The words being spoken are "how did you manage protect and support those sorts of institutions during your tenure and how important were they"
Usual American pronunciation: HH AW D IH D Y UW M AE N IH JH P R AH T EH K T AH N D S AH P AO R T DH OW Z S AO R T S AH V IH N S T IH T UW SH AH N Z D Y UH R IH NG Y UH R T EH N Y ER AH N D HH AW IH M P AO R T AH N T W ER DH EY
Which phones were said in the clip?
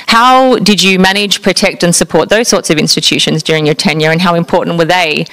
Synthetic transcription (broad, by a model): HH AW D IH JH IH M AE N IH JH P R AH T EH K T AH N S AH P AO R T DH OW Z S AO R T S AH V IH N S T IH T UW SH AH N Z D Y UH R IH NG Y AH R T EH N Y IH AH N HH AW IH M P AO R T N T W ER DH EY